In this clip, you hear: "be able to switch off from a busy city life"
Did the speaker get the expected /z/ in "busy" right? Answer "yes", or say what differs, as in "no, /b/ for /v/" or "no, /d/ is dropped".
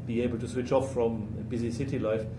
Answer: yes